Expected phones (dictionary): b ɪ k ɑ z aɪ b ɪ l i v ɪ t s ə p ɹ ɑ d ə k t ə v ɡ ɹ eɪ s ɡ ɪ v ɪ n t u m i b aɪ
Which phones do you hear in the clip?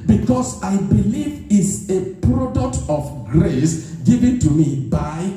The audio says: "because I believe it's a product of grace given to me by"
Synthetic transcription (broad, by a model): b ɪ k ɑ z aɪ b ɪ l i v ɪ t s ə p ɹ ɑ d ə k t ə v ɡ ɹ eɪ s ɡ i v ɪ n t u m i b aɪ